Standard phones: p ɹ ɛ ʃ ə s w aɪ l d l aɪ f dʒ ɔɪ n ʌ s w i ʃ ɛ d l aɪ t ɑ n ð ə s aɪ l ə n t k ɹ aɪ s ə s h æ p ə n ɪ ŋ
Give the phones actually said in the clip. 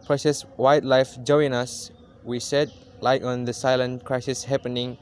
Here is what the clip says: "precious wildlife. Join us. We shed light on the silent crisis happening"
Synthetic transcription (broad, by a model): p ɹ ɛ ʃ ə s w aɪ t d l aɪ f dʒ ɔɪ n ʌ s w i s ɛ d l aɪ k ɑ n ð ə s aɪ l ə n k ɹ aɪ s ə s h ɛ p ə n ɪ ŋ